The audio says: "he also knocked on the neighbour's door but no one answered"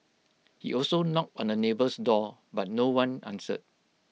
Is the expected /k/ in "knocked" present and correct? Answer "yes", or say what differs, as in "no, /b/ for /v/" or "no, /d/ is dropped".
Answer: yes